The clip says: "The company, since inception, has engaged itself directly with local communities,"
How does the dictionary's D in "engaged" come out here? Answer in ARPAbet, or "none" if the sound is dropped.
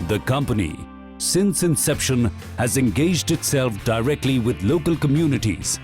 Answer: D